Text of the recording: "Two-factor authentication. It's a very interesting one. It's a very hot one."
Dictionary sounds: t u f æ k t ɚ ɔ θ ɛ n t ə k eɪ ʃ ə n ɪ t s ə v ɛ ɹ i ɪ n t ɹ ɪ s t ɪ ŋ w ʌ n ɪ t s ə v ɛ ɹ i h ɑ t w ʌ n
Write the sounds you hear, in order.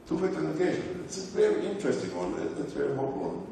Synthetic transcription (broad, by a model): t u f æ t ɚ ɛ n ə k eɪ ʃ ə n ɪ t s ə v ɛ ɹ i ɪ n t ɹ ɪ s t ɪ ŋ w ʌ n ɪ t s v ɛ ɹ i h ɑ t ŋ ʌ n